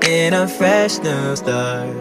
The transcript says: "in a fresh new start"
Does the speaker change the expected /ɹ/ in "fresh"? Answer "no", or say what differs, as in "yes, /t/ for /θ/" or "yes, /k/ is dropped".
no